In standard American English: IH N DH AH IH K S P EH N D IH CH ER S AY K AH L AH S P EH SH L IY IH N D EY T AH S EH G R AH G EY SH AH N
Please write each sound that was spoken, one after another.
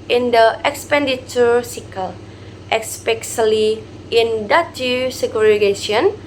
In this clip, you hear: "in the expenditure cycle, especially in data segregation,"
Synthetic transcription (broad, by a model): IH N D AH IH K S P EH N D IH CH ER S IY K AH L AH S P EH S L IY IH N D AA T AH S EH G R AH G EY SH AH N